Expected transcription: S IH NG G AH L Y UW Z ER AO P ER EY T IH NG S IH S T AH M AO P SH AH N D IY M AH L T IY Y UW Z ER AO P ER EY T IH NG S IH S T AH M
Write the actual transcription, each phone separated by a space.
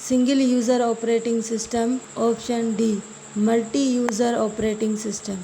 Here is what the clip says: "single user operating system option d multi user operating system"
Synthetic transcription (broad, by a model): S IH NG G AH L Y UW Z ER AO P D EY T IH NG S IH S T AH M AO P SH AH N D IY M AH L T IY Y UW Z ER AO P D EY T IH NG S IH S T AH M